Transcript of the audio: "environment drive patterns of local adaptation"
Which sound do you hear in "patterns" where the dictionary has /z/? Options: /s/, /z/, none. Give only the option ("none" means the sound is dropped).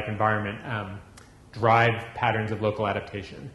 /z/